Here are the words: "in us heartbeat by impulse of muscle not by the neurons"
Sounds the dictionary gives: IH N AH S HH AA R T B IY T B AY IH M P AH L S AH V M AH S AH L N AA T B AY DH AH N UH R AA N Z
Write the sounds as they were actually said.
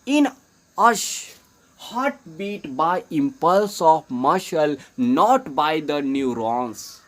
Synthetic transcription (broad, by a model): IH N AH SH HH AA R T B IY T B AY IH M P AH L S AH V M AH SH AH L N AA T B AY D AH N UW R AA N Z